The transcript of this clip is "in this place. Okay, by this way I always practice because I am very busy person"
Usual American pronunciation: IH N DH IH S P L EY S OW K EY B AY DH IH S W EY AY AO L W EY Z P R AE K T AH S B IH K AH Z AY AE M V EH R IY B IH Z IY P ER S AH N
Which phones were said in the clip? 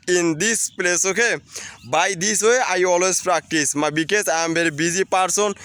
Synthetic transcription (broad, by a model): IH N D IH S P L EY S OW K EY B AY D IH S W EY AY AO L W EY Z P R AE K T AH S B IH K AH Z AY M B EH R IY B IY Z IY P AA S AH N